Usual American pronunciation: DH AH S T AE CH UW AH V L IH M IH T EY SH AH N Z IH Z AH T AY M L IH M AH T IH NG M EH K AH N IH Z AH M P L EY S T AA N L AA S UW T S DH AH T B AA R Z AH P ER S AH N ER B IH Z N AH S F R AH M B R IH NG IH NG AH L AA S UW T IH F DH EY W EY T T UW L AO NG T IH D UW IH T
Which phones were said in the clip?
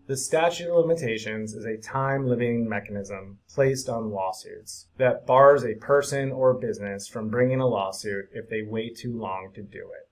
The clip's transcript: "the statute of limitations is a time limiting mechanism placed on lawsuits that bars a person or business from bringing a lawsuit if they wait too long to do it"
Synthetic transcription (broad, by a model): DH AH S T AE CH UW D L IH M IH T EY SH AH N Z IH Z AH T AY M L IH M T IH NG M EH K AH N IH Z AH M P L EY S T N L AA S UW T S DH AH T B AA R Z AH P ER S AH N ER B IH Z N AH S F R AH M B R IH NG IH NG AH L AA S UW T IH F DH EY W EY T T UW L AO NG T IH D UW IH T